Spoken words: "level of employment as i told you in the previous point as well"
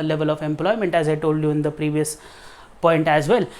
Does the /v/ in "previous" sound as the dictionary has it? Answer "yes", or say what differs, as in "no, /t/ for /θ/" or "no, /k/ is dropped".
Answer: yes